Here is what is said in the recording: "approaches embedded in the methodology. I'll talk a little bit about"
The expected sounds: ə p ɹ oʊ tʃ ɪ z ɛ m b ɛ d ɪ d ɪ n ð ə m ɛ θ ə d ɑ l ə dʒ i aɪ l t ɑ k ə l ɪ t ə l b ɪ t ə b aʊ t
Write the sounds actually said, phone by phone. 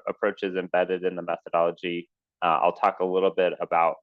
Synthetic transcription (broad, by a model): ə p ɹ oʊ tʃ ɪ z ɛ m b ɛ d ɪ d ɪ n ð ə m ɛ θ ə d ɑ l ə dʒ i aɪ l t ɑ k ə l ɪ t l b ɪ t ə b aʊ t